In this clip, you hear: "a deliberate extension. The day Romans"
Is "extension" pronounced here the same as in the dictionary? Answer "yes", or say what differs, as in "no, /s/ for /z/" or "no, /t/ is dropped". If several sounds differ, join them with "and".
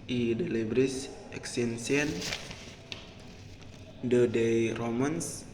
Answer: no, /s/ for /ʃ/